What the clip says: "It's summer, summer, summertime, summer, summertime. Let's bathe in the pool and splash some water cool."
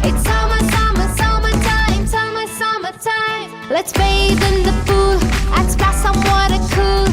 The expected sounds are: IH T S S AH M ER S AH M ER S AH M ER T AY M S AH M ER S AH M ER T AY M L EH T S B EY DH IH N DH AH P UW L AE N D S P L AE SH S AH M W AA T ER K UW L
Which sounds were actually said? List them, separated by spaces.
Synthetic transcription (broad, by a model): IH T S S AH M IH S AH M ER S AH M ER T AY M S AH M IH S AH M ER T AY M L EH T S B EY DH IH N DH AH F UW L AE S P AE S AH M W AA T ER K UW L